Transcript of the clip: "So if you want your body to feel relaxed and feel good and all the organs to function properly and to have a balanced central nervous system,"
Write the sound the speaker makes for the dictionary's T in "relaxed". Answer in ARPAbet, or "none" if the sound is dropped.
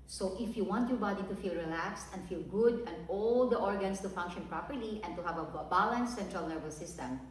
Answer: T